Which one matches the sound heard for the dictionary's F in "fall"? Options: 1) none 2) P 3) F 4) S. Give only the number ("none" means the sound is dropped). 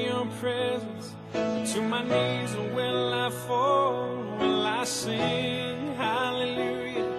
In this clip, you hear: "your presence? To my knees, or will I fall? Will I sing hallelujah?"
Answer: 3